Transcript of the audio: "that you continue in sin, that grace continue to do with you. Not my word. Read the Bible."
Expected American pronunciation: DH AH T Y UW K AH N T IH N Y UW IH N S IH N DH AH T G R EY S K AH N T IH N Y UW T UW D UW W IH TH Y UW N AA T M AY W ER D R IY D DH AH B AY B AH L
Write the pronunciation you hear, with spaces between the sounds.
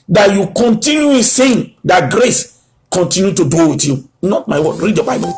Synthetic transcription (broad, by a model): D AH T Y UW K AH N T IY N Y UW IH S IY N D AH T G R EY S K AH N T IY N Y UW T UW D UW W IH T Y UW N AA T M AY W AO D R IY D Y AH B AY B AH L